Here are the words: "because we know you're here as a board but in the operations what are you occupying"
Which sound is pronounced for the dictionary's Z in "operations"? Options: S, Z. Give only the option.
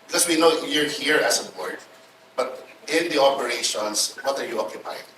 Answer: S